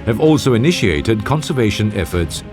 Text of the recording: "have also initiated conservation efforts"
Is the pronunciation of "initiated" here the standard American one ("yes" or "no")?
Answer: yes